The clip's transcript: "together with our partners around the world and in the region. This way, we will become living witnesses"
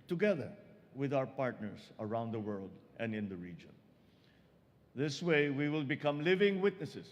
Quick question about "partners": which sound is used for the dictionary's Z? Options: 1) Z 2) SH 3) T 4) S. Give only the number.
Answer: 4